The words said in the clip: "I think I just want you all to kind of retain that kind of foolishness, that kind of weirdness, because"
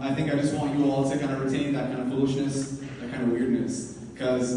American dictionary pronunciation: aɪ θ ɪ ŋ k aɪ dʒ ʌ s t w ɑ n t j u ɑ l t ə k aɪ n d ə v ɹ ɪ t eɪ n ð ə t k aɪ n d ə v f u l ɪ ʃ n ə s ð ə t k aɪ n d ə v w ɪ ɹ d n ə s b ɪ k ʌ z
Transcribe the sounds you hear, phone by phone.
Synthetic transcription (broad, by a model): aɪ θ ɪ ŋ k aɪ dʒ ʌ s t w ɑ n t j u ɑ l s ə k aɪ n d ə ɹ ɪ t eɪ n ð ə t k aɪ n d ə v f u l ɪ ʃ n ə s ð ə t k aɪ n d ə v w ɪ ɹ d n ə s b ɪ k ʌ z